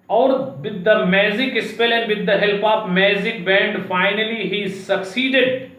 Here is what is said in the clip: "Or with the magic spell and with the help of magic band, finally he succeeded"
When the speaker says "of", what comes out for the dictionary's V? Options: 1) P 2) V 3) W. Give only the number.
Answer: 1